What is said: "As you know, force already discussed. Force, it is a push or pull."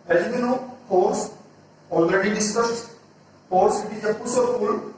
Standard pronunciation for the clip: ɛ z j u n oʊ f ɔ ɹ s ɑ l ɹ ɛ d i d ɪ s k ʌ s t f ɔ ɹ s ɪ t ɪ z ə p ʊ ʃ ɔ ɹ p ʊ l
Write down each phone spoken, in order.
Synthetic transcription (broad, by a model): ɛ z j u n oʊ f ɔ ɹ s ɑ l ɹ ɛ d i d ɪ s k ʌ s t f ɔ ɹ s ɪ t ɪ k ə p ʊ s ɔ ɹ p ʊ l